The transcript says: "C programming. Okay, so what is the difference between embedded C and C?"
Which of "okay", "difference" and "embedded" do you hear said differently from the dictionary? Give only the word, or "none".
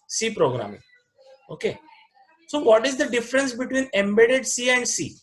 none